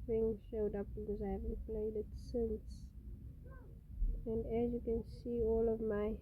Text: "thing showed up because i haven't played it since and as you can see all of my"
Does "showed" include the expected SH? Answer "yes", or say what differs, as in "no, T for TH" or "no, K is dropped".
yes